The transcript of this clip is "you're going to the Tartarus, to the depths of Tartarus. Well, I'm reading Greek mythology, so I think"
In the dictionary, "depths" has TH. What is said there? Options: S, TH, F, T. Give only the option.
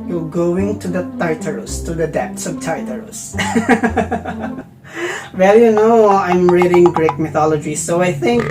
T